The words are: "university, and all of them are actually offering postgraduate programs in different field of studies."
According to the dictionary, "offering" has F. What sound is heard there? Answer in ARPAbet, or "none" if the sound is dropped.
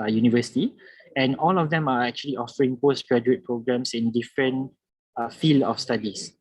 F